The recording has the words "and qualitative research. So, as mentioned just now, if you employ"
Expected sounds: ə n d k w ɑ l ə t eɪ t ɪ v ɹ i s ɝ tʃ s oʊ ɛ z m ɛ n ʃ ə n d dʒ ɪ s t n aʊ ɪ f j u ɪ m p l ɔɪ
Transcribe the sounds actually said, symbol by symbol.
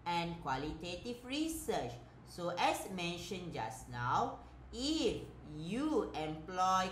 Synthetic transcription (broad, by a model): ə n k w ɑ l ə t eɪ t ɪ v ɹ i s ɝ tʃ s oʊ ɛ s m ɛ n ʃ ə n dʒ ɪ s n aʊ ɪ f j u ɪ m p l ɔɪ